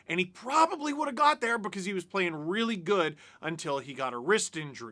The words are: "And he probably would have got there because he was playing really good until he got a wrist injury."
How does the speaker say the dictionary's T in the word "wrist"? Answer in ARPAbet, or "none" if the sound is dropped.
T